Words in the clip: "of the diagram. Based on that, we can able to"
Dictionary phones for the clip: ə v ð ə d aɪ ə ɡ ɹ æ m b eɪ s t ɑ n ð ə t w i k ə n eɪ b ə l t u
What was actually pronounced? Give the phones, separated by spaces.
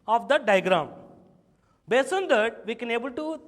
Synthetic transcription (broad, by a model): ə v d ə d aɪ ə ɡ ɹ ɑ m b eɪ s ɑ n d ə t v i k ə n eɪ b ə l t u